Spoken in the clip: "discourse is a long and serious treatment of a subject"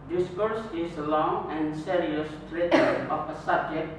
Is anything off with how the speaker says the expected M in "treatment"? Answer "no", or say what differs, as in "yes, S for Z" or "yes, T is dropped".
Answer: yes, M is dropped